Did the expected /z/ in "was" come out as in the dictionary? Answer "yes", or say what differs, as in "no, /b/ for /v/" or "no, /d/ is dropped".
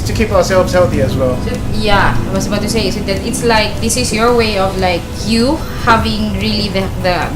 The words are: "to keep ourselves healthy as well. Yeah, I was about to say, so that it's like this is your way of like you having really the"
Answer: no, /s/ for /z/